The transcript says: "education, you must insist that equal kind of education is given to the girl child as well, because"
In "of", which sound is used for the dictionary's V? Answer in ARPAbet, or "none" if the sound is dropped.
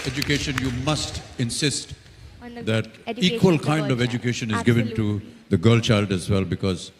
V